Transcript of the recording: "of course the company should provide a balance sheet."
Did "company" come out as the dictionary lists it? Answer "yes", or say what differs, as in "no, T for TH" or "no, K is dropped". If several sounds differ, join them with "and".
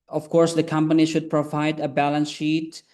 yes